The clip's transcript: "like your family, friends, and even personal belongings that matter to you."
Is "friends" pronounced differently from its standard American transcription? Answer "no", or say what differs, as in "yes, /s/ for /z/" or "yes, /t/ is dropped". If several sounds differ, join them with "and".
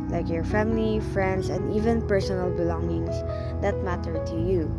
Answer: yes, /s/ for /z/